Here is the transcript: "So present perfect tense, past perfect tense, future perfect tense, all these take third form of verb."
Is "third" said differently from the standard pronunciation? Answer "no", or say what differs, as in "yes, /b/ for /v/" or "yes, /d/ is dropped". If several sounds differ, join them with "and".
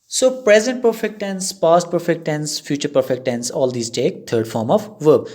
yes, /t/ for /θ/